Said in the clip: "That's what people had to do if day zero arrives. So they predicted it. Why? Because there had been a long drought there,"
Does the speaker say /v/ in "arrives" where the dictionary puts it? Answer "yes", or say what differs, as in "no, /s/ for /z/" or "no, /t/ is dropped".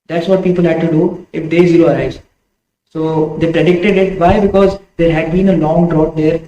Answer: no, /v/ is dropped